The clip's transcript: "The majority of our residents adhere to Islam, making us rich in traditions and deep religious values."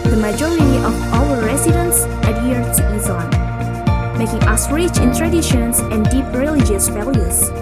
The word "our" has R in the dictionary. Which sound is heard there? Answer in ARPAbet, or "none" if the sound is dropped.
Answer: L